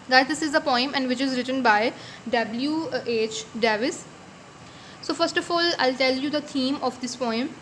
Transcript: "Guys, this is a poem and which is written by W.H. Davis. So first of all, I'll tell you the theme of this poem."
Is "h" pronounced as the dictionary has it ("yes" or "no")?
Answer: yes